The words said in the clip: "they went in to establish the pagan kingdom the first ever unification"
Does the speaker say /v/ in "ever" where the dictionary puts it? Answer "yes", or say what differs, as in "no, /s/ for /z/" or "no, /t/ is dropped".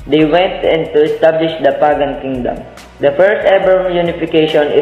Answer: no, /b/ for /v/